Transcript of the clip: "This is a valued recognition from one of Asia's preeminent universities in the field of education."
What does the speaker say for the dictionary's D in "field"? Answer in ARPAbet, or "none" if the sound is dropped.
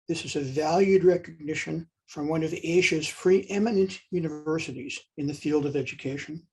D